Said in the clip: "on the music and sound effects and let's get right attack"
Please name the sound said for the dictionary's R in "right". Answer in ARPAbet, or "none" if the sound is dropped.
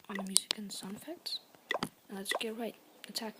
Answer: R